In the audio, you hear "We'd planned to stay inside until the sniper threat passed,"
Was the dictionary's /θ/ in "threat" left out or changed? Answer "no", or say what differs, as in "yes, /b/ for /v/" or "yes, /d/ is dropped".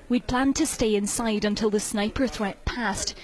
no